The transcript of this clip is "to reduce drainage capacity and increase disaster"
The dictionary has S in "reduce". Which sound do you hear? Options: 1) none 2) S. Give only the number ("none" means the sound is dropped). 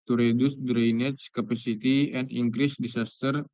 2